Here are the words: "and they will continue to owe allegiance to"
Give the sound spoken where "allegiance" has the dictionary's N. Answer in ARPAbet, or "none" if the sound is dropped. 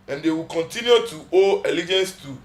N